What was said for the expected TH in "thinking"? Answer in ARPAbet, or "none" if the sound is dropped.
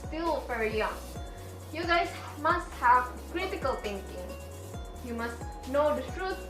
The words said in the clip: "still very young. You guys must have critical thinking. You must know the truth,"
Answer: T